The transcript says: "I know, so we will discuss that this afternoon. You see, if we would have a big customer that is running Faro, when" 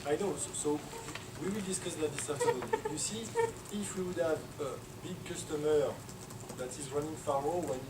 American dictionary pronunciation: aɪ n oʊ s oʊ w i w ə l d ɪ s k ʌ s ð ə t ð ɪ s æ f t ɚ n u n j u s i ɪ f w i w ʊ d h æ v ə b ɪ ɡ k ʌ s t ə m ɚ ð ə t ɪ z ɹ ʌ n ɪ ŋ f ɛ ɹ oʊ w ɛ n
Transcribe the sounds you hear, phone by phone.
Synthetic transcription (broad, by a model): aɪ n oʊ s oʊ w i w ə l d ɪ s k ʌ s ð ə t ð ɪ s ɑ t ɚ ʌ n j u s i ɪ f w i w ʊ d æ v ə b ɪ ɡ k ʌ s t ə m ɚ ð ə t ɪ z ɹ ʌ n ɪ ŋ f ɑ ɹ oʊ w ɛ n